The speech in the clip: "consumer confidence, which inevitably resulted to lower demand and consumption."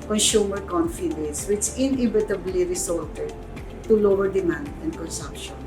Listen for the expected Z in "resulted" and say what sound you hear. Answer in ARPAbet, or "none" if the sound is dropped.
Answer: S